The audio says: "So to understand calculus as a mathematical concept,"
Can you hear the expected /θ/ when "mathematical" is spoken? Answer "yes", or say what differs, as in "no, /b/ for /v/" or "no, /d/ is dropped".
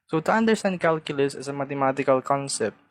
no, /t/ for /θ/